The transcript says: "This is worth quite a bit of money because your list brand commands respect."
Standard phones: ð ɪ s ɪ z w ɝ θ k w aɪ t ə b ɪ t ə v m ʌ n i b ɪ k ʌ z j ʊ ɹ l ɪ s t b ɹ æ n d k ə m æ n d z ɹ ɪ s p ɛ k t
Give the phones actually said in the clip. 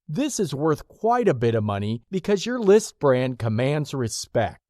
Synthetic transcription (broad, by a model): ð ɪ s ɪ z w ɝ θ k w aɪ t ə b ɪ t ə v m ʌ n i b ɪ k ʌ z j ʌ ɹ l ɪ s t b ɹ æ n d k ə m æ n d z ɹ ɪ s p ɛ k t